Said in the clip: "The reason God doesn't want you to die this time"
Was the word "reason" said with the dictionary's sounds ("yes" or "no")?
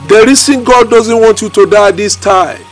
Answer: no